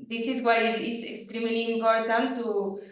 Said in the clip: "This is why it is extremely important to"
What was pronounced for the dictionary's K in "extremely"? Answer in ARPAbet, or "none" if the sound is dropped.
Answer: K